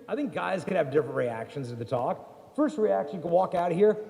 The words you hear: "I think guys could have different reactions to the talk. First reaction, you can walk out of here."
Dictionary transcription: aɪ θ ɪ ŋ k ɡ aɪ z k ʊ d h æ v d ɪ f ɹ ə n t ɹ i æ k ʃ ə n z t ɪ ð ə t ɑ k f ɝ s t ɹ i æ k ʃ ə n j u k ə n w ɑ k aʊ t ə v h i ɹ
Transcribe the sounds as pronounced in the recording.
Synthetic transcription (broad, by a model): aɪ θ ɪ ŋ k ɡ aɪ z k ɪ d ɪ v d ɪ f ɹ ə n t ɹ i æ k ʃ ə n z t ɪ ð ə t ɑ k f ɝ s t ɹ i æ k ʃ ə n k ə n w ɑ k aʊ t h i ɹ